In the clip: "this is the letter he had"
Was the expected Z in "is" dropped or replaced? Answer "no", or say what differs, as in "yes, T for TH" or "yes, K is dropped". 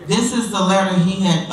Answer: no